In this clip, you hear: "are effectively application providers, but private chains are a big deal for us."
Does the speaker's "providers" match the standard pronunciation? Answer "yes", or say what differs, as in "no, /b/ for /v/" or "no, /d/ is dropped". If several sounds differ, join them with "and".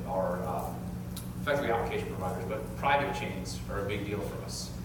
yes